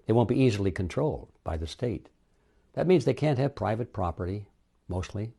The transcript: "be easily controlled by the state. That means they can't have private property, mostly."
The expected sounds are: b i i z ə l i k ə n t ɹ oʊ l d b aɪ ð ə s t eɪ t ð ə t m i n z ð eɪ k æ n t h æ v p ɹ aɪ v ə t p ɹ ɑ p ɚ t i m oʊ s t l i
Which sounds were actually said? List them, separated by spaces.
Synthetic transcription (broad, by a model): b i i z l i k ə n t ɹ oʊ l d b aɪ ð ə s t eɪ t ð ə t m i n z ð eɪ k æ n t h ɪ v p ɹ aɪ v ə t p ɹ ɑ p ɚ t i m oʊ s t l i